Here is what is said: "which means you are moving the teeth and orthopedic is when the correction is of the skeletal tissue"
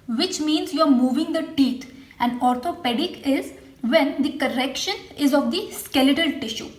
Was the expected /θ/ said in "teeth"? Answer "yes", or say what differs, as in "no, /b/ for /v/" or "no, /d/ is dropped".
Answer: no, /t/ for /θ/